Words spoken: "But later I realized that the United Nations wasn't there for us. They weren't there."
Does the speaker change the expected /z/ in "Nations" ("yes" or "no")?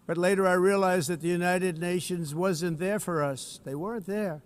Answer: no